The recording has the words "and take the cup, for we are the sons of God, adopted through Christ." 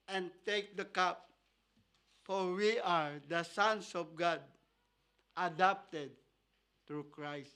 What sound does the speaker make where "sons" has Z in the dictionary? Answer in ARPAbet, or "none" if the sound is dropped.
S